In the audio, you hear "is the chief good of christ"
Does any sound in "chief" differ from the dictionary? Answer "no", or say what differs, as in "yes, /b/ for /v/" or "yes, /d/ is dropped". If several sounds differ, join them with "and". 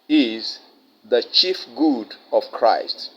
no